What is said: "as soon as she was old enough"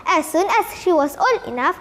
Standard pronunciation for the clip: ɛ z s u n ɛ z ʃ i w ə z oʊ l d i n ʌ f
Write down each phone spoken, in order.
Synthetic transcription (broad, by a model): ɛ s u n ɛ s ʃ i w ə s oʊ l i n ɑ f